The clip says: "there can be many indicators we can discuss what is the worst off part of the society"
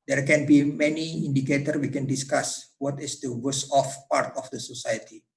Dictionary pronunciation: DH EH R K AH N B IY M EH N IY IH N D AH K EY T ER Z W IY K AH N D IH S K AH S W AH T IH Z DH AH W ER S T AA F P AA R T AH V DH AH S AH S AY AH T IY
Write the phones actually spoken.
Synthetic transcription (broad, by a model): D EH R K AH N B IY M EH N IY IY N D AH K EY T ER W IY K AH N D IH S K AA S W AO T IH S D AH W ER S AA F P AA R T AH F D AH S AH S AY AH T IY